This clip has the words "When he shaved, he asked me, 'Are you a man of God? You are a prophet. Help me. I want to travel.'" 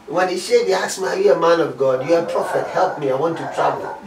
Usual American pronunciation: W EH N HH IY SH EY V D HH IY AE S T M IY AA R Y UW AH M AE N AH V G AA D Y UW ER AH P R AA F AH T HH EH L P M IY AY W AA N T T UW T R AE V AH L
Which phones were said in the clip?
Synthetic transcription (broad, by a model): W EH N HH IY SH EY D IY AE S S M IY AA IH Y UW AH M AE N AH V G AA D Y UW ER AH P R AA F AH T HH EH L P M IY AY W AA N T T UW T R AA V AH L